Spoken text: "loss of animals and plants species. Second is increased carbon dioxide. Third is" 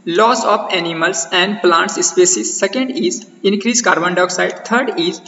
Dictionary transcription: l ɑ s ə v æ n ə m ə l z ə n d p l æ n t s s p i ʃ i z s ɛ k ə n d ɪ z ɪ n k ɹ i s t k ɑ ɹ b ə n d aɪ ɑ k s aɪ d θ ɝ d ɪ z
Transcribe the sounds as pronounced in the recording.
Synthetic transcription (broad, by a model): l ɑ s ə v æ n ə m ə l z ə n d p l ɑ n t s s p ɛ s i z s ɛ k ə n d ɪ z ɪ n k ɹ i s k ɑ ɹ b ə n d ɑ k s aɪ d t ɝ d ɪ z